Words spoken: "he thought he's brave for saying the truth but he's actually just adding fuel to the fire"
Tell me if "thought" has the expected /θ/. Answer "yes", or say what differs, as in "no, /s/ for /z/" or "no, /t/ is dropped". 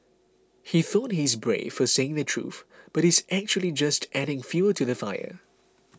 yes